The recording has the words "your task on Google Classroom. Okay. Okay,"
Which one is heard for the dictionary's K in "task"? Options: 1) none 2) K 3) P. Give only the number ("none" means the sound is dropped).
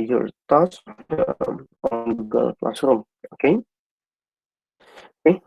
1